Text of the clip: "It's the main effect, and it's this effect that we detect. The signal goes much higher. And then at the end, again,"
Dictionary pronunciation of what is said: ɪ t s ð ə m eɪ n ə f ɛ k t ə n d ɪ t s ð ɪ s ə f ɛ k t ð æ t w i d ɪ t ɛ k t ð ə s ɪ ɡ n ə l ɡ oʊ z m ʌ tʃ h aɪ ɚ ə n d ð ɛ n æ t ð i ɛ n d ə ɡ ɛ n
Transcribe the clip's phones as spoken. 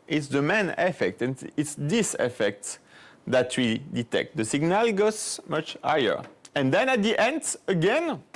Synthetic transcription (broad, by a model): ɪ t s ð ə m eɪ n ə f ɛ k t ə n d ɪ t s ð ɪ s ə f ɛ k t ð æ t w i d ɪ t ɛ k t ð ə s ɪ ɡ n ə l ɡ oʊ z m ʌ tʃ h aɪ ɚ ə n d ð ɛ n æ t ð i ɛ n d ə ɡ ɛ n